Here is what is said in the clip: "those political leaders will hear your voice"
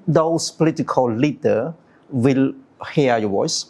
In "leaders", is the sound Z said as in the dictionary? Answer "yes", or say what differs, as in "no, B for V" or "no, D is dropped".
no, Z is dropped